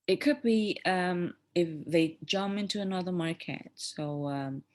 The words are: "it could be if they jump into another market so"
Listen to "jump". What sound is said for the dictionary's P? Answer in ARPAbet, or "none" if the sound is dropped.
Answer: none